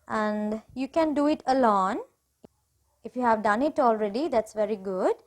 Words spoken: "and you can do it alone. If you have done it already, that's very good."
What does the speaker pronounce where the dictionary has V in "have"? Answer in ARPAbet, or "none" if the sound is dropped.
V